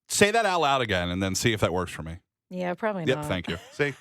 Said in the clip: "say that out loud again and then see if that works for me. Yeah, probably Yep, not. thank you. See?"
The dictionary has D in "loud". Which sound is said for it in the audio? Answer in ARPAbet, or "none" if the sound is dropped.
D